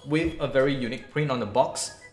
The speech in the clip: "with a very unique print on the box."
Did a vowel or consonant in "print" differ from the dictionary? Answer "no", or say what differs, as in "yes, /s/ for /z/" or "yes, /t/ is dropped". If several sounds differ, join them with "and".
no